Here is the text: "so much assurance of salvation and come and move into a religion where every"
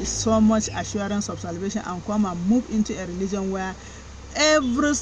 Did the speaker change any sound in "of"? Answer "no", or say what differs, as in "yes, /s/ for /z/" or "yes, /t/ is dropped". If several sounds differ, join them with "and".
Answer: yes, /b/ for /v/